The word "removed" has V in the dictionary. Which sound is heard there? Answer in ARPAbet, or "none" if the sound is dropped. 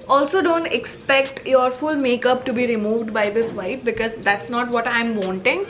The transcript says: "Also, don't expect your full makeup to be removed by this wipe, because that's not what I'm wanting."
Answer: V